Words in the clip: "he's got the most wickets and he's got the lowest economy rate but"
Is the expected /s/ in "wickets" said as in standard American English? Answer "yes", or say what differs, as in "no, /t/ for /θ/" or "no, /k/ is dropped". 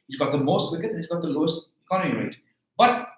no, /s/ is dropped